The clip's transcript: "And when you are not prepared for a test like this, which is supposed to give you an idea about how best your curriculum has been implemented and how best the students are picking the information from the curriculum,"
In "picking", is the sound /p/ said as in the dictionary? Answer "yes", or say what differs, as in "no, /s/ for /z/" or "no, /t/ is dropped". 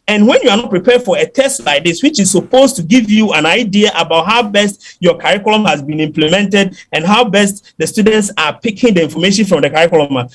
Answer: yes